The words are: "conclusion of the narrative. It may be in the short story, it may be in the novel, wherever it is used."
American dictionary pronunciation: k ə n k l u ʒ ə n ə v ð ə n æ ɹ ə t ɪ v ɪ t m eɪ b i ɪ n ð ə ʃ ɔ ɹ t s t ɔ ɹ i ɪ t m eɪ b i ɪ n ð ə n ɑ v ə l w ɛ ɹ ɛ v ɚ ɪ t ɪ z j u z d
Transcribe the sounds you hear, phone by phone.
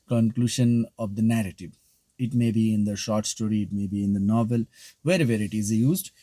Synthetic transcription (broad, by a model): k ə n k l u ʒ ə n ə v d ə n æ ɹ ə t ɪ v ɪ t m eɪ b i ɪ n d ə ʃ ɔ ɹ t s t ɔ ɹ i ɪ t m eɪ b i ɪ n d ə n ɑ v ə l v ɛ ɹ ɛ v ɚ ɪ t ɪ z j u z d